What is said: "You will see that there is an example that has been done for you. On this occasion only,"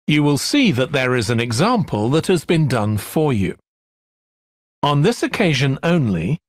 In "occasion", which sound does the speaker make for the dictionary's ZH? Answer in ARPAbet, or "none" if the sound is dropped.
ZH